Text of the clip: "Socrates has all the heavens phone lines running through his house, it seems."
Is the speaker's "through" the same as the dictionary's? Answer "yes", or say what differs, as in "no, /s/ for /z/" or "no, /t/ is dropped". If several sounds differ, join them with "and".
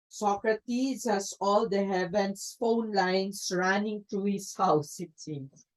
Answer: no, /t/ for /θ/